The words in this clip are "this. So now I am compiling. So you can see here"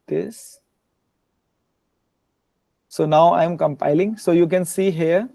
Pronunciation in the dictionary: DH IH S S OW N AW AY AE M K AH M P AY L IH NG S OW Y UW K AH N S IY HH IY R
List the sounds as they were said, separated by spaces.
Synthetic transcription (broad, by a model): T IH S S OW N AW AY M K AH M P AY L IH NG S OW Y UW K AH N S IY HH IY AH